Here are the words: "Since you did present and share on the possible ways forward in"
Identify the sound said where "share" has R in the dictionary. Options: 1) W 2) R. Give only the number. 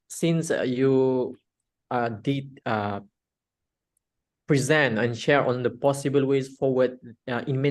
2